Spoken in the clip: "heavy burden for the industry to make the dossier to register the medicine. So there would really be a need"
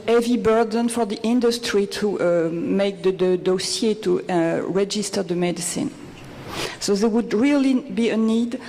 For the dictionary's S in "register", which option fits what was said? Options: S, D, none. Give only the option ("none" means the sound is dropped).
S